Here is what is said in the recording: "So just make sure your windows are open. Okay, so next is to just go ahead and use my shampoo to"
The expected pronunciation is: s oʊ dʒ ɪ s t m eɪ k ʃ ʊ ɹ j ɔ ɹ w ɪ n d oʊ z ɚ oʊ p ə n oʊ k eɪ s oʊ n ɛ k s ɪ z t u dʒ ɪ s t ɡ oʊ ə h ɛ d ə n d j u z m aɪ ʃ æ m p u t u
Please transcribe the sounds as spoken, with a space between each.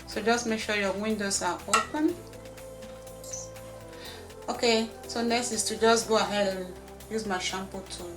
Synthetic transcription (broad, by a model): s oʊ dʒ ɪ s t m eɪ k ʃ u j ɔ w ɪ n d oʊ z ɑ oʊ p ə n oʊ k eɪ s oʊ n ɛ k s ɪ s t u dʒ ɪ s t ɡ oʊ ə h ɛ d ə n j u z m aɪ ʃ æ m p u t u